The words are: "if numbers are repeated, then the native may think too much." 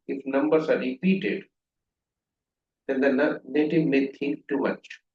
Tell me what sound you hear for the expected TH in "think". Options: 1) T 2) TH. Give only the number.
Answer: 1